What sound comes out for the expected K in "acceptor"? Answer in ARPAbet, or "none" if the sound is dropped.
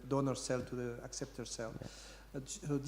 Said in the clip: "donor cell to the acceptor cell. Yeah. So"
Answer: K